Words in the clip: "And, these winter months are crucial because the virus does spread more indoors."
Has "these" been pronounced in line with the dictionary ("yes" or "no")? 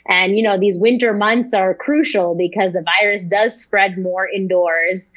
yes